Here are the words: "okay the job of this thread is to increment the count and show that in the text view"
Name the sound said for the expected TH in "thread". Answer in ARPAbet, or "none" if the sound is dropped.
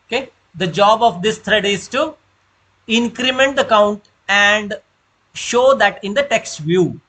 T